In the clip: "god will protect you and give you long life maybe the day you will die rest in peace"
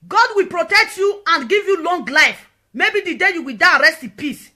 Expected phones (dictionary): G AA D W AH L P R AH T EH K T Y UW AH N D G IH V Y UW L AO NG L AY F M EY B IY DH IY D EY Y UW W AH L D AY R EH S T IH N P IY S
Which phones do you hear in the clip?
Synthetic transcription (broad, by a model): G AA D W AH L P R AH T EH K T Y UW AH N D G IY V Y UW L AO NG L AY F M EY B IY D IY D EY Y UW W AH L D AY R EH S T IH P IY S